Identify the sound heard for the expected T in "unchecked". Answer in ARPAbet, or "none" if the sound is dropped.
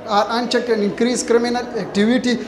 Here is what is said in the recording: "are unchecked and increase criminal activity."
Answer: none